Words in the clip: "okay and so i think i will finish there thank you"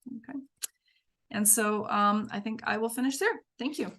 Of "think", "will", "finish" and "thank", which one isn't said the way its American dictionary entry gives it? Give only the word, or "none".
none